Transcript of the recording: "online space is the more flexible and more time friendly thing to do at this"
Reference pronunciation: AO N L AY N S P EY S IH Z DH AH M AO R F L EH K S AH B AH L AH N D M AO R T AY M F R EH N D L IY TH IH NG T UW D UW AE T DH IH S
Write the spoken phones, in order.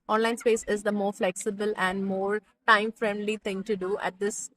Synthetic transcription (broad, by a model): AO N L AY N S P EY S IH Z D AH M AO R F L EH K S AH B AH L AH N D M AO R T AY M F R EH N D L IY T IH NG T UW D UW AE T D IH S